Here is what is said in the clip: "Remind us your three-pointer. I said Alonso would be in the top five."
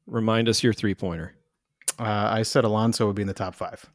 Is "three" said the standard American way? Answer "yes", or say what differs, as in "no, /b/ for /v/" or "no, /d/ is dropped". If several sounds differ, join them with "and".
yes